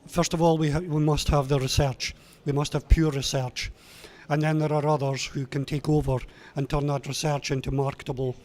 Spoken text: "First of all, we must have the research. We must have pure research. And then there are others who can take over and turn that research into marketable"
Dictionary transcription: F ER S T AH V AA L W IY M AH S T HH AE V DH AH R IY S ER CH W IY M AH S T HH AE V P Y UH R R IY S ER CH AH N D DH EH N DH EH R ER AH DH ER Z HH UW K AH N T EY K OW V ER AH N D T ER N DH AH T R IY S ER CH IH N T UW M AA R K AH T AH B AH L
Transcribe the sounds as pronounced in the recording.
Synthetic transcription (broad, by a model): F ER S T AH V AA L W IY M AH S T HH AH V DH AH R IY S ER CH W IY M AH S T HH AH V P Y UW R R IY S ER CH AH N DH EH N DH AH R ER AH DH ER Z HH UW K AH N T EY K OW V ER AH N T ER N DH AH T R IY S ER CH IH N T UW M AA R K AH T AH B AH L